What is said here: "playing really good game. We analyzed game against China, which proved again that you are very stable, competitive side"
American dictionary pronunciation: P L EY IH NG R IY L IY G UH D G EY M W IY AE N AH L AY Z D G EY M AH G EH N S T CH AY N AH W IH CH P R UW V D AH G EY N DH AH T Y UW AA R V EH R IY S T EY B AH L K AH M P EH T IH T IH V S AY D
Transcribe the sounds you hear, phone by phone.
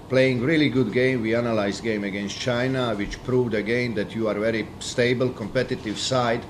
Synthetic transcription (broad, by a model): P L EY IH NG R IY L IY G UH D G EY M W IY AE N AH L AY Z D G EY M AH G EH N S T CH AY N AH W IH CH P R UW V D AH G EY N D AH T Y UW AA R V EH R IY S T EY B AH L K AH M P EH T IH T IH V S AY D